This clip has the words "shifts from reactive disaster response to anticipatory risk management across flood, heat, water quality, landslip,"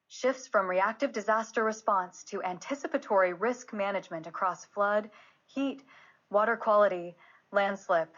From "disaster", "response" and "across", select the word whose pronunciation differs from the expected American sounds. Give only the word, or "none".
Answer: none